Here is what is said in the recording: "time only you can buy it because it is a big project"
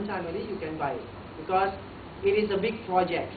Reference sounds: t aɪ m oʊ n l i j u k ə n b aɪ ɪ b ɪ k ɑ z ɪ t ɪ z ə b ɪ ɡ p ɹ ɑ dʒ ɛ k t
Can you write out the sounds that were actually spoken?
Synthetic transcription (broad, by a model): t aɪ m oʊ l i j u k ə n b aɪ ɪ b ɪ k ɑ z ɪ t ɪ z ə b ɪ ɡ p ɹ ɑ dʒ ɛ k t